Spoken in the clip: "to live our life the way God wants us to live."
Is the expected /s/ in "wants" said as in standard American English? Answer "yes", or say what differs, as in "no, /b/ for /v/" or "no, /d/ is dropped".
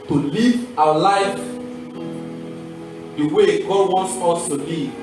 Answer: yes